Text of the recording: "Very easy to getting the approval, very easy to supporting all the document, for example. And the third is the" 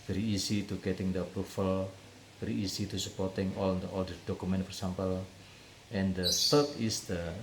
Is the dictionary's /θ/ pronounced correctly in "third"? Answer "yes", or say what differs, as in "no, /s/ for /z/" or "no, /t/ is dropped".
no, /s/ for /θ/